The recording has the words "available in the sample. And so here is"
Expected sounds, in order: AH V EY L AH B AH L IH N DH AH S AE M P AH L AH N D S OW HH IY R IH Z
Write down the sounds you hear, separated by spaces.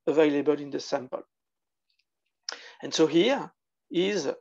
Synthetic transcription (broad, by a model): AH V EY L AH B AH L IH N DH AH S AE M P AH L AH N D S OW HH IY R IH Z